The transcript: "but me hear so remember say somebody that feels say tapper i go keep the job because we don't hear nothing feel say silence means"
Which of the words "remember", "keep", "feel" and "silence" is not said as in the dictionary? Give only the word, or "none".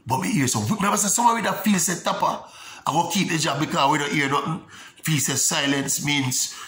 remember